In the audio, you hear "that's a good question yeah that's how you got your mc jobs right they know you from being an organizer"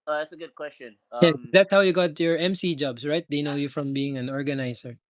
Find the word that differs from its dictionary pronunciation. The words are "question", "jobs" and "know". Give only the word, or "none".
jobs